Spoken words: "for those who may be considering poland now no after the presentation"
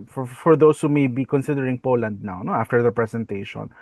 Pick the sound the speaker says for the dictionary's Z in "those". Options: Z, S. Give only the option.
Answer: S